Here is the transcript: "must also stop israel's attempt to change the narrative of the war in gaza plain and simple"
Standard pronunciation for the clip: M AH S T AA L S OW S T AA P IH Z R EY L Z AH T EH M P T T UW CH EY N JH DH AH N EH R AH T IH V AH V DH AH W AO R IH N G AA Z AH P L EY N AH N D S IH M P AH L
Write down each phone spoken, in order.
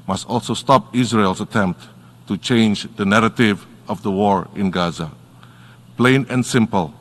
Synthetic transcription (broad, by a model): M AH S T AA L S OW S T AA P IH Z R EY L S AH T EH M P T T UW CH EY N JH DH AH N EH R AH T IH V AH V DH AH W AO R IH N G AA Z AH P L EY N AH N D S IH M P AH L